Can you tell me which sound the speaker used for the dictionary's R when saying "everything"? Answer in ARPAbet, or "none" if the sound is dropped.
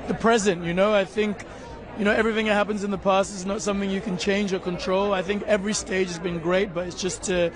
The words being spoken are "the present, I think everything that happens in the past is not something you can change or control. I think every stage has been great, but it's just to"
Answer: R